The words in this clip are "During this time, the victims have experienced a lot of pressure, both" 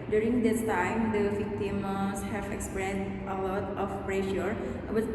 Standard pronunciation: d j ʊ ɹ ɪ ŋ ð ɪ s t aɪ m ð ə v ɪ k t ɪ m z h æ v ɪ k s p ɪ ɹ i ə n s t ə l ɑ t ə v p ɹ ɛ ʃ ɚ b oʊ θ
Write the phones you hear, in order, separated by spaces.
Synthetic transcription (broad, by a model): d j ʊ ɹ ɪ ŋ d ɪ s t aɪ m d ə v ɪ k t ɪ m s h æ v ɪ k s p ɹ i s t ə l ɑ t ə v p ɹ ɛ ʃ ɚ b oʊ